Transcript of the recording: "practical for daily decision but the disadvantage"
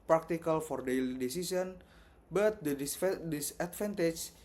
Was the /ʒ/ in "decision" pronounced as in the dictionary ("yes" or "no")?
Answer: no